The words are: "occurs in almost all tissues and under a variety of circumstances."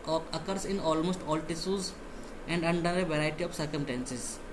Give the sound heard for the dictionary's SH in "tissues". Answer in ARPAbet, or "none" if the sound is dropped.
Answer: S